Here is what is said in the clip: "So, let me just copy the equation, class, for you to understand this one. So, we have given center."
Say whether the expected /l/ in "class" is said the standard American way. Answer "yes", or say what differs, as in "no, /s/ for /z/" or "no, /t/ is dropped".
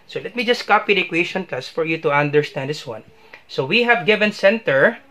no, /l/ is dropped